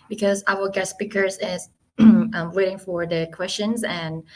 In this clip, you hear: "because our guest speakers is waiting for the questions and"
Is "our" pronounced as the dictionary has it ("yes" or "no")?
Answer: no